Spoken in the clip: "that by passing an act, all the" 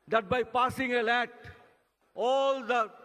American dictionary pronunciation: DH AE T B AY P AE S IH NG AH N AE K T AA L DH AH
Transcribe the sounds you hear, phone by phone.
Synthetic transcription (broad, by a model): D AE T B AY P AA S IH NG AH L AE T AA L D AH